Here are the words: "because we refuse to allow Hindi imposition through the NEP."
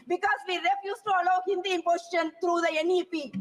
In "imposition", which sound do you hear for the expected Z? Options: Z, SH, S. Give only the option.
S